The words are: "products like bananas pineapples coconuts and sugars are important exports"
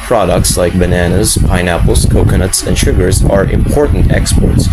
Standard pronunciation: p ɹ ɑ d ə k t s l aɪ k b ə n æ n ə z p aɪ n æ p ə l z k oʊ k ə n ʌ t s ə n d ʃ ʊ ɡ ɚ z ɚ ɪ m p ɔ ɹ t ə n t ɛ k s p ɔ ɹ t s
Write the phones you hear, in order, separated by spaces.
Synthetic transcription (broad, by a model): p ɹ ɑ d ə k t s l aɪ k b ə n æ n ə z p aɪ n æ p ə l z k oʊ k ə n ʌ t s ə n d ʃ ʊ ɡ ɚ z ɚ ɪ m p ɔ ɹ t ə n t ɛ k s p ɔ ɹ t s